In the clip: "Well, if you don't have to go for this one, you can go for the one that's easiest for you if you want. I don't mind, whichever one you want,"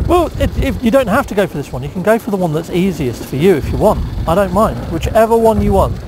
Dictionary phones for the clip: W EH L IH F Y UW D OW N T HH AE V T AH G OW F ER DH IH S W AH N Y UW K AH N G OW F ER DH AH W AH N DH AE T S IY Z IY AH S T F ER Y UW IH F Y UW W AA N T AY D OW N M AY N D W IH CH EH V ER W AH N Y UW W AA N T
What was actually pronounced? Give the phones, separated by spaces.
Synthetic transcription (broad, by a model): W EH L IH F Y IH D OW N T HH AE F T AH G OW F ER DH IH S W AH N Y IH K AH N G OW F ER DH AH W AH N DH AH T S IY Z IY AH S T F ER Y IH IH F Y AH W AA N T AY D OW N M AY N D W IH CH EH V ER W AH N Y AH W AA N T